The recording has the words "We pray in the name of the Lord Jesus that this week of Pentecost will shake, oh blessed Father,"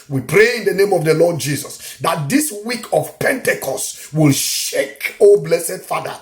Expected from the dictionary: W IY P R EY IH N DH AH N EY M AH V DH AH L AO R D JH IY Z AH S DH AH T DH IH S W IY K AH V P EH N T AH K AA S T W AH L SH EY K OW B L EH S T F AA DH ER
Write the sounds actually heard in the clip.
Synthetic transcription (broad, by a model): W IY P R EY IH N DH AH N EY M AH V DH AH L AO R D JH IY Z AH S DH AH T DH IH S W IY K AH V P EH N T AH K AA S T W AH L SH EY K OW B L EH S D F AA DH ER